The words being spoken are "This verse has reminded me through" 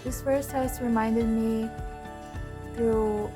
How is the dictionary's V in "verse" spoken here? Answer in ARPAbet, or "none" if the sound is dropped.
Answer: F